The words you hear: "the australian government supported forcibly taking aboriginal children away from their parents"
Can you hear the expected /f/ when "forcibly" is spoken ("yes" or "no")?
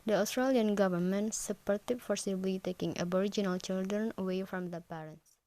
yes